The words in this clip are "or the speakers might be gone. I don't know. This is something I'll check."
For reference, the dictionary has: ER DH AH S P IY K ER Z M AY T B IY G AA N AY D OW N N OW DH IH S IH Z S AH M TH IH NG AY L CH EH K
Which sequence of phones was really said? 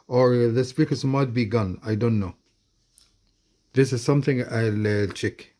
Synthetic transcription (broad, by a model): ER DH AH S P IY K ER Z M AY T B IY G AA N AY D OW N N OW DH IH S IH Z S AH M TH IH NG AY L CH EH K